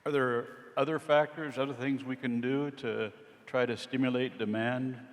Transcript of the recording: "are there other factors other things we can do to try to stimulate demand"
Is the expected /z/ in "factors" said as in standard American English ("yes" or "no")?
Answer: yes